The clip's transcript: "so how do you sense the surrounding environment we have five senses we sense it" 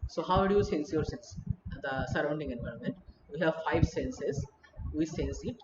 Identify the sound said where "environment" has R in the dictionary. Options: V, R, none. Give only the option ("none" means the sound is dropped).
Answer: R